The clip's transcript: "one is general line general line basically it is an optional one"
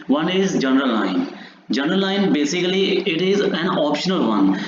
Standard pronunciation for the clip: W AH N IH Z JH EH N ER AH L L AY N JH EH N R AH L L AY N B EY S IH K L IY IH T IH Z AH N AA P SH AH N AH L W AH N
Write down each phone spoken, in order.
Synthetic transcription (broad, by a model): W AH N IH Z JH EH N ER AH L L AY N JH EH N R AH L L AY N B EY S IH K L IY IH T IH Z AH N AA P SH AH N AH L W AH N